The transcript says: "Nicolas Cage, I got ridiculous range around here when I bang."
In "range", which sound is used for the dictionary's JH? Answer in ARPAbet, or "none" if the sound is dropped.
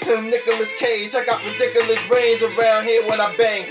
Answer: Z